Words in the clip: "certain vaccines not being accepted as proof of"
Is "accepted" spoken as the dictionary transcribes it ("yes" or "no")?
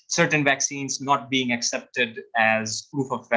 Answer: yes